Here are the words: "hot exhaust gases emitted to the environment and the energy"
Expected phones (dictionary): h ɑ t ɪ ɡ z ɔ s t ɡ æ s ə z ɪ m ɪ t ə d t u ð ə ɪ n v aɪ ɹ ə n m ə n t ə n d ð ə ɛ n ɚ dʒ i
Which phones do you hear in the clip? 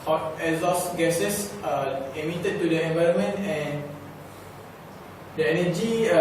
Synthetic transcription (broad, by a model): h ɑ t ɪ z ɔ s ɡ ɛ s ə s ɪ m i t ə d t u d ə ɪ n v aɪ ɹ ə n m ə n t ə n d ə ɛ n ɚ dʒ i